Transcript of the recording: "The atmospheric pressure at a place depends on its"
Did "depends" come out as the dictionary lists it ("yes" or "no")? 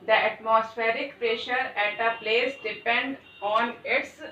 no